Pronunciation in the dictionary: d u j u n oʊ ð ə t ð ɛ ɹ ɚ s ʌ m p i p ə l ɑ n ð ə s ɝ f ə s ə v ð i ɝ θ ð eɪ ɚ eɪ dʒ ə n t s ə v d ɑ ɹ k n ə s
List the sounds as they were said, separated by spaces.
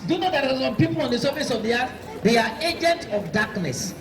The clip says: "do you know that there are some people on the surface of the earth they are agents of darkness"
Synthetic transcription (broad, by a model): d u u n oʊ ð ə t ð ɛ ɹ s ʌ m p i p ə l ɑ n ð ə s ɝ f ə s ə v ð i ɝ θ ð eɪ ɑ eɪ dʒ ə n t ə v d ɑ k n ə s